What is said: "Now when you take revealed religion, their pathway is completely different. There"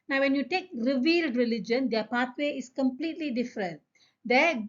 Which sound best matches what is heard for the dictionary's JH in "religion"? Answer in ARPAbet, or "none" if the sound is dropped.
JH